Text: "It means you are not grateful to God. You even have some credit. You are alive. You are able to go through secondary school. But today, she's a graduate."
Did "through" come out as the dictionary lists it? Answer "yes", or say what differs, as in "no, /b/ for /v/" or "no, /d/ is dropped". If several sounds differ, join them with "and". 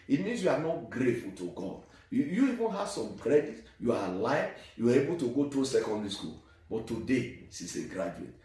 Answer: no, /t/ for /θ/